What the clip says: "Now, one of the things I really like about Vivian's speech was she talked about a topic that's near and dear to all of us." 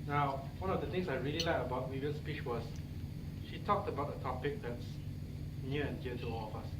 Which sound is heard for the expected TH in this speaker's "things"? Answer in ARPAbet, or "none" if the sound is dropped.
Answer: T